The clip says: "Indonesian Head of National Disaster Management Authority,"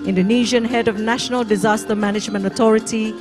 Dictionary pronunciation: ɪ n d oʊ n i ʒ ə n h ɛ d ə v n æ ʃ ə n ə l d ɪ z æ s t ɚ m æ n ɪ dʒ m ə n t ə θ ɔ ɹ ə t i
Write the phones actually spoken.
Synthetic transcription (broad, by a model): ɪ n d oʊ n i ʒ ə n h ɛ d ə v n æ ʃ ə n ə l d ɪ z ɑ s t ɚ m æ n ɪ dʒ m ə n t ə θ ɔ ɹ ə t i